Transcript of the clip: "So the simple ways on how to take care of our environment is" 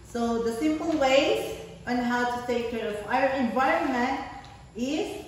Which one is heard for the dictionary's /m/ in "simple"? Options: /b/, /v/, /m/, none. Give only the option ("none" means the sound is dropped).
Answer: /m/